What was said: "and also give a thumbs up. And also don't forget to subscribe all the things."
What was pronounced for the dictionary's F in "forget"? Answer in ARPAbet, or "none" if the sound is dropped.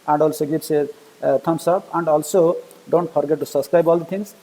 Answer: P